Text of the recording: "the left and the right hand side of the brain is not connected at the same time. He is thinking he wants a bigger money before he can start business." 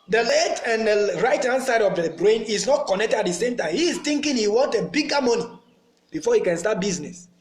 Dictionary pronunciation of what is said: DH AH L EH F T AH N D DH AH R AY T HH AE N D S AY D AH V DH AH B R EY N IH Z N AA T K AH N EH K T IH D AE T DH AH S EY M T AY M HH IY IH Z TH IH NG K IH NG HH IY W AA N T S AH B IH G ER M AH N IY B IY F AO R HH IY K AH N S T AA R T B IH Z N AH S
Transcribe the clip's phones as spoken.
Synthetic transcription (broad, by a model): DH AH L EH T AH N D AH R AY T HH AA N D S AY D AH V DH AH B R EY N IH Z N AA T K AH N EH K T IH D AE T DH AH S EY M T AY M HH IY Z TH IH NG K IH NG HH IY W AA N T AH B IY G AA M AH N IY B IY F AO HH IY K AH N S T AA T B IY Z N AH S